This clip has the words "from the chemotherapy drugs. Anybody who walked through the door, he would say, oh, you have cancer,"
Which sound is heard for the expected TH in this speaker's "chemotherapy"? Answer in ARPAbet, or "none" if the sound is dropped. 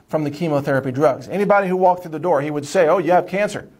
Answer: TH